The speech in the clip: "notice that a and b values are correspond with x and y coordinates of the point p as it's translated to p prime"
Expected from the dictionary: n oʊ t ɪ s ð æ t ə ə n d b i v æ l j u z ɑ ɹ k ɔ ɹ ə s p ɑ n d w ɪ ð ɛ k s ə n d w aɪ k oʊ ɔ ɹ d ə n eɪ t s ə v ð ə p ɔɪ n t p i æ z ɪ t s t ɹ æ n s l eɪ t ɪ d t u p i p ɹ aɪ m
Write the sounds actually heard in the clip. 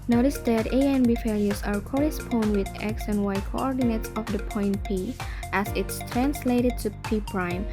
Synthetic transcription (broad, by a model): n oʊ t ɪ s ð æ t ə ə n b i f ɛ l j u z ɑ ɹ k ɔ ɹ ə s p ɑ n d w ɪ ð ɛ k s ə n w aɪ k oʊ ɔ ɹ d ə n eɪ t s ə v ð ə p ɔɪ n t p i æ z ɪ t s t ɹ æ n s l eɪ t ɪ d t u p i p ɹ aɪ m